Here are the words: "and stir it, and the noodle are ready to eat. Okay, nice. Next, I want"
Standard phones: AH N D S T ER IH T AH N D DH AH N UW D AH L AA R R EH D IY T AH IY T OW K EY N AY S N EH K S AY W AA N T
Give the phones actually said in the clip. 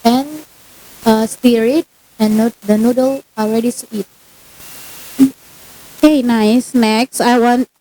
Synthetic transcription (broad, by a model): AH N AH S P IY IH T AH N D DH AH N UW D AH L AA L R EH D IY S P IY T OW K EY N AY S N EH K S AY W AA N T